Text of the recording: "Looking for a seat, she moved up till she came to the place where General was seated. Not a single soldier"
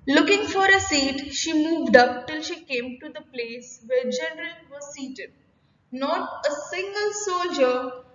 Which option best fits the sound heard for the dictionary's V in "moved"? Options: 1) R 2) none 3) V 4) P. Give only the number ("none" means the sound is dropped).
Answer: 3